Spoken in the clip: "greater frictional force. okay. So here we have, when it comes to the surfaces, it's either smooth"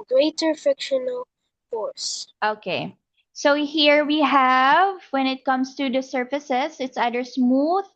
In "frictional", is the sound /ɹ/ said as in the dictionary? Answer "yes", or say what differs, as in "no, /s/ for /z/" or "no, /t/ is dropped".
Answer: no, /ɹ/ is dropped